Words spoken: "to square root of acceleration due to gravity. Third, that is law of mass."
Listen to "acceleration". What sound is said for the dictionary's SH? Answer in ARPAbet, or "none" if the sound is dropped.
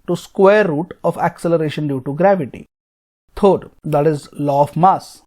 SH